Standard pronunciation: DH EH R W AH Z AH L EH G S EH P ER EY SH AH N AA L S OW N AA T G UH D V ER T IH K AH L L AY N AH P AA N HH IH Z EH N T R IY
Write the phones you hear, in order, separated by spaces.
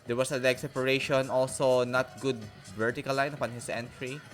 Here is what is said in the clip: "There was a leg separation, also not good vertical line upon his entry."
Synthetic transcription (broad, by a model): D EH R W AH S AH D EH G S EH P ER EY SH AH N AA L S OW N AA T G UH D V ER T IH K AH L L AY N AH P AA N HH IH S EH N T R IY